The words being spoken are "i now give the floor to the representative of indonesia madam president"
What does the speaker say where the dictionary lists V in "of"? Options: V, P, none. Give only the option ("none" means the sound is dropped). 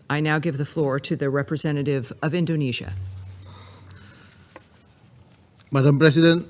V